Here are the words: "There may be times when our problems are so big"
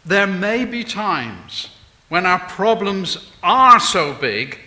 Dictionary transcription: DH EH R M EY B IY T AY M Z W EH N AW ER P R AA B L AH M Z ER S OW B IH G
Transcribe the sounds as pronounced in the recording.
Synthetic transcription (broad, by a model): DH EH R M EY B IY T AY M Z W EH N AW ER P R AA B L AH M Z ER S OW B IH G